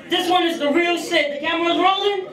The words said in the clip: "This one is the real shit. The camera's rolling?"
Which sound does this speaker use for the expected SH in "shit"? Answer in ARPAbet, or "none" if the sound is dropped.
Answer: S